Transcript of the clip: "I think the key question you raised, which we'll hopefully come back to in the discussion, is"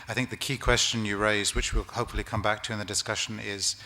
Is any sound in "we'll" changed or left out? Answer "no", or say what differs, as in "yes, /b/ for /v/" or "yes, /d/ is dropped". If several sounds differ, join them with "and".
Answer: no